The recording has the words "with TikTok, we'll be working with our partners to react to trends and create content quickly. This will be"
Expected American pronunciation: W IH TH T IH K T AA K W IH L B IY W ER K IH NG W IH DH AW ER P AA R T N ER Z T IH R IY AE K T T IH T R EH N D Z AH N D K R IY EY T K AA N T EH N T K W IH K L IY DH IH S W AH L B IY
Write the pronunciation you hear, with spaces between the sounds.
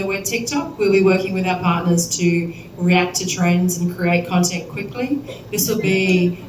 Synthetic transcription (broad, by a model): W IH T IH K T AA K W IH L B IY W ER K IH NG W IH DH AW ER P AA R T N ER Z T IH R IY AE K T T IH T R EH N D Z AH N K R IY EY T K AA N T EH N K W IH K L IY DH IH S W AH L B IY